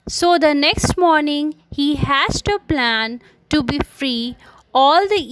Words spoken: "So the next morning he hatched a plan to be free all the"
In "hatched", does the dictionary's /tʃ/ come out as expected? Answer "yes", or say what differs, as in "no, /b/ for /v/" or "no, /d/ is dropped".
no, /s/ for /tʃ/